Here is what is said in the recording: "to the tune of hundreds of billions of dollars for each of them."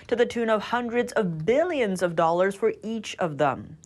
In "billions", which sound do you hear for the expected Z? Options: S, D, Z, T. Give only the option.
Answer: Z